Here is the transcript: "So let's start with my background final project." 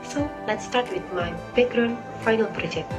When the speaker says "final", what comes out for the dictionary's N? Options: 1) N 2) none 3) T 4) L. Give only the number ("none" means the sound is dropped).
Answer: 1